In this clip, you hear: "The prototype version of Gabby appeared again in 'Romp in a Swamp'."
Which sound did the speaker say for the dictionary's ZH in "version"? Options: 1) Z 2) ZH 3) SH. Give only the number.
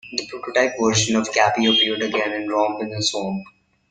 3